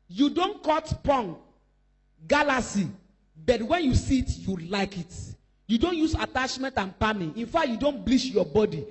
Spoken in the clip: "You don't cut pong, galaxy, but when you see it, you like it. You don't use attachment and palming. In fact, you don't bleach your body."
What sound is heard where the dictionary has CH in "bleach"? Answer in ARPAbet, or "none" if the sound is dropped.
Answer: SH